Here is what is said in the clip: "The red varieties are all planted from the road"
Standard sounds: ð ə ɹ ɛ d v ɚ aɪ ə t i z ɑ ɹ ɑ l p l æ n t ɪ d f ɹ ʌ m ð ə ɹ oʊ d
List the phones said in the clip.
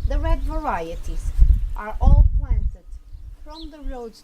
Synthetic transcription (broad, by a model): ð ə ɹ ɛ d v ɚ aɪ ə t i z ɑ ɹ ɑ l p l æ n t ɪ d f ɹ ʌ m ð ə ɹ oʊ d